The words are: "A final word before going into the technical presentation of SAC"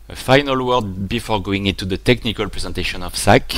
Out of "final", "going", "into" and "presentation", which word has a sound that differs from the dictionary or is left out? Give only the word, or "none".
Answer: none